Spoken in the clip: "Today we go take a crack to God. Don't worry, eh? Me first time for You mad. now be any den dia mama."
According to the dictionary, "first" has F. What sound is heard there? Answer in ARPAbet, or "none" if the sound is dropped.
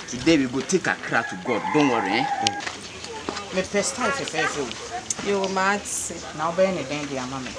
P